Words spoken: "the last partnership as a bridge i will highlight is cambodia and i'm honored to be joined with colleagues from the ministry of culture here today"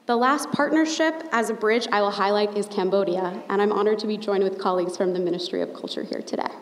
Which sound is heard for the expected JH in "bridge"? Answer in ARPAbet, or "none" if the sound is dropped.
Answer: JH